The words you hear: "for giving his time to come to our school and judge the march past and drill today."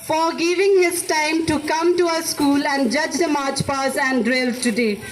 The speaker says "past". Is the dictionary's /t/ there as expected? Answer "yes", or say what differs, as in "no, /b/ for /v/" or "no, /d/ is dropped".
no, /t/ is dropped